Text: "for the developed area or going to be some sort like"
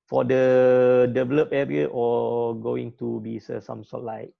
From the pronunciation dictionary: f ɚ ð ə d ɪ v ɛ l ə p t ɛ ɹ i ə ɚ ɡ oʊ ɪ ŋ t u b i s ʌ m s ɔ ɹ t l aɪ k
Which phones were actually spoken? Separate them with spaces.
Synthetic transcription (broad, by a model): f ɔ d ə d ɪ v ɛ l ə p ɛ ɹ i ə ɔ ɡ oʊ ɪ ŋ t u b i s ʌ m s ɔ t l aɪ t